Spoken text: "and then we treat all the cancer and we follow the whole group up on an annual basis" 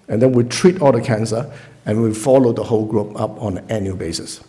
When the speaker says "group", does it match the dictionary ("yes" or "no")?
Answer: yes